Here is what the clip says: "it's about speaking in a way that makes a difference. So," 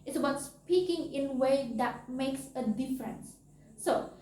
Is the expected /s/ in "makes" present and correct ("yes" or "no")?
yes